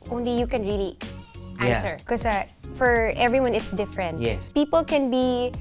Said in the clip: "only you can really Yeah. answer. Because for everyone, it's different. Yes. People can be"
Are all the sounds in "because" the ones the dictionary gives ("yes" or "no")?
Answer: no